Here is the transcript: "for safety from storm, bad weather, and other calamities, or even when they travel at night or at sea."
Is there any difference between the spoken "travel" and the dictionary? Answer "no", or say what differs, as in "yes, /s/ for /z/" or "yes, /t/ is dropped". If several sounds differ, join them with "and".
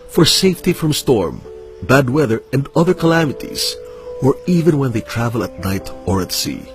no